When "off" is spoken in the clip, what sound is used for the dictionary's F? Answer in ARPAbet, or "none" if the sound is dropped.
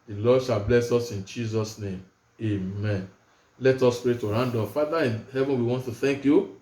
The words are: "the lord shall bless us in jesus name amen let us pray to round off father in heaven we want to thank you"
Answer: P